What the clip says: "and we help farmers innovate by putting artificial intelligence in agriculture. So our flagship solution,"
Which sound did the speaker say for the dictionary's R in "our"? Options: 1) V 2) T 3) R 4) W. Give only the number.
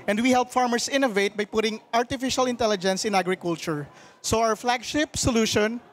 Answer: 4